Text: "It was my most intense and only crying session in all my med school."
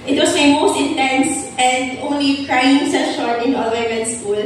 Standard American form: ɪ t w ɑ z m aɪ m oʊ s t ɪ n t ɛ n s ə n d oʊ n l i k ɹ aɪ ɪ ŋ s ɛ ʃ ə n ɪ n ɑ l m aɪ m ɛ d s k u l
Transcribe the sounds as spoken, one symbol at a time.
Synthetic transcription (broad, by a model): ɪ t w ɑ s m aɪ m oʊ s t ɪ n t ɛ n s ə n d oʊ n l i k ɹ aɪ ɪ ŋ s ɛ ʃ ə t ɪ n ɑ l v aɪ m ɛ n s k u l